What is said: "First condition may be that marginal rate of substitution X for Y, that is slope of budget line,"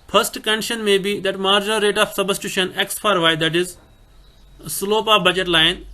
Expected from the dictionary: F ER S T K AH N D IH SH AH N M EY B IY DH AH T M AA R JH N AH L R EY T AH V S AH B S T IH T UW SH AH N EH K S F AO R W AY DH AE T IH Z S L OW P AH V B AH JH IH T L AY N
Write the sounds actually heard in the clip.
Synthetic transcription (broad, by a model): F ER S T K AH N D IH SH AH N M EY B IY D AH T M AA R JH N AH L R EY T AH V S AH B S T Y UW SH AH N EH K S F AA R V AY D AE T IH Z S L OW P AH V B AH JH IH T L AY N